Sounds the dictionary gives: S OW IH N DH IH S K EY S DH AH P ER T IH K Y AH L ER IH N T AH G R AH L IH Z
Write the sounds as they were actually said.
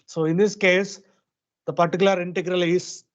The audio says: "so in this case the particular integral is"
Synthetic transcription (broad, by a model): S OW IH N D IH S K EY S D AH P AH T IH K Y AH L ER IH N T AH G R AH L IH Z